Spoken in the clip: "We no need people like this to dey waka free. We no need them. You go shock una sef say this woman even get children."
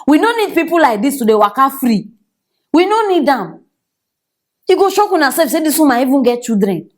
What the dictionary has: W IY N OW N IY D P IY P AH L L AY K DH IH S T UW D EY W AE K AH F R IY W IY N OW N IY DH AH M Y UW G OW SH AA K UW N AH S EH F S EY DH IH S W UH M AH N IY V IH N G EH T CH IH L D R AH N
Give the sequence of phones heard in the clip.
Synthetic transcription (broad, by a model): W IY N OW N IY D P IY P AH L L AY K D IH S T UW D EY W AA K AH F R IY W IY N OW N IY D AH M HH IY G OW SH AA K UW N AH S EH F S EY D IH S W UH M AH IY V IH N G EH T CH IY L D R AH N